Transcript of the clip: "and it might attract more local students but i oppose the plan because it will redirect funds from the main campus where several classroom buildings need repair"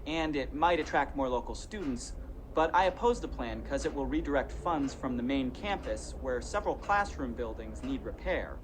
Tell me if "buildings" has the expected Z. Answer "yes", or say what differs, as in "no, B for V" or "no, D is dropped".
yes